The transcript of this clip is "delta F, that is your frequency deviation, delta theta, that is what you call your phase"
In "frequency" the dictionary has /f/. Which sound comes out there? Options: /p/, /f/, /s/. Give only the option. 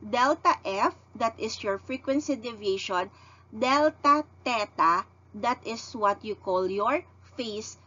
/f/